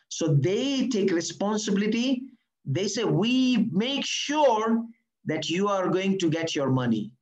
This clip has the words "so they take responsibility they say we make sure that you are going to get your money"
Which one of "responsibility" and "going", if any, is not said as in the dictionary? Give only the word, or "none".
none